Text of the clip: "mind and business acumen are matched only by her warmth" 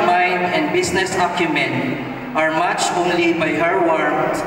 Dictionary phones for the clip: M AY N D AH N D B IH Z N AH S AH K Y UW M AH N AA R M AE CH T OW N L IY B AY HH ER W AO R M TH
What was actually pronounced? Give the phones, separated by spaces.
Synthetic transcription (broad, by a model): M AY N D AH N D B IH S N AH S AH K Y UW M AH N AA R M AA CH OW N L IY B AY HH ER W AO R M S